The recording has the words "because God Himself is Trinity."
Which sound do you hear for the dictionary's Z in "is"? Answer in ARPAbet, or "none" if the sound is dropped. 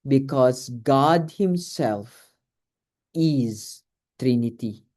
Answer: Z